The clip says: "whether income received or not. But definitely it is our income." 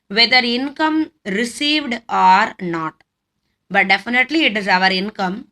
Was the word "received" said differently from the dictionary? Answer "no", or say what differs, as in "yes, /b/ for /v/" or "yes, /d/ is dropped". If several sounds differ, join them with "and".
no